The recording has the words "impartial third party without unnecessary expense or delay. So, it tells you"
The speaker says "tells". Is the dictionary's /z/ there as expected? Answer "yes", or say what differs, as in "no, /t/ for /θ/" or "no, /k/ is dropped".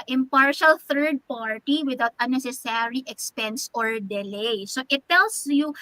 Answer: no, /s/ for /z/